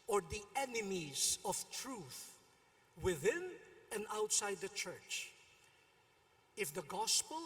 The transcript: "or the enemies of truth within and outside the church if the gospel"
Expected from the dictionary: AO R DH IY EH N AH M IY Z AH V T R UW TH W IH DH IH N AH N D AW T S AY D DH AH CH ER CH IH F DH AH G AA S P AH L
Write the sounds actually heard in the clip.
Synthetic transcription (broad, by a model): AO R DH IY EH N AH M IY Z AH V T R UW TH W IH DH IH N AH N D AW T S AY D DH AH CH ER CH IH F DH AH G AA S P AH L